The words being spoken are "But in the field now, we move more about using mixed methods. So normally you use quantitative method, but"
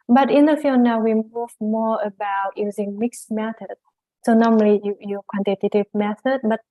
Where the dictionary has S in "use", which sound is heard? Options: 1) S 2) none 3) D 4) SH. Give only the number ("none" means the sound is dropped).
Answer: 2